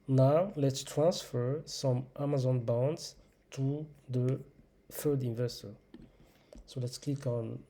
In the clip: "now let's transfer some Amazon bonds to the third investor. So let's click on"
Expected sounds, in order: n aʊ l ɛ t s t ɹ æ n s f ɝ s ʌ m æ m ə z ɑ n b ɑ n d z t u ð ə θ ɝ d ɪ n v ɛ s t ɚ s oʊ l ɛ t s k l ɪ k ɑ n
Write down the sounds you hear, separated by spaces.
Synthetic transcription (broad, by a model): n aʊ l ɛ t s t ɹ æ n s f ɝ s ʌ m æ m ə z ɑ n b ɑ n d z t u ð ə f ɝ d ɪ n v ɛ s t ɚ s oʊ l ɛ t s k l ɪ k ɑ n